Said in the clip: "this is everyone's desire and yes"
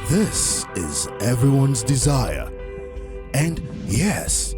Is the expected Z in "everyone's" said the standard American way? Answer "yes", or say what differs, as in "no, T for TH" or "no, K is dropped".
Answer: yes